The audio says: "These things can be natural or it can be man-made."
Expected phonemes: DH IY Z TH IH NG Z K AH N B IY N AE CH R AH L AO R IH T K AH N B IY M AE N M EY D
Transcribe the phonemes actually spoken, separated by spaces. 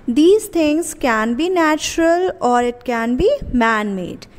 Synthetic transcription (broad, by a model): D IY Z T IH NG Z K AH N B IY N AE CH R AH L AO R IH T K AH N B IY M AE N M EY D